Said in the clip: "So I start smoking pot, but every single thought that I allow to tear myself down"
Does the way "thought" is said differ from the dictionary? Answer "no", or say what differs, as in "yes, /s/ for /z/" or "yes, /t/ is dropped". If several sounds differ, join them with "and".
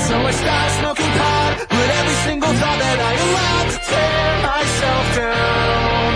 yes, /t/ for /θ/